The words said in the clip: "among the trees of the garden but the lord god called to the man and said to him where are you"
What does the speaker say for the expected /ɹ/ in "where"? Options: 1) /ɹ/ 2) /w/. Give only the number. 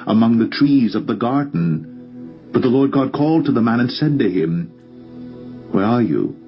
1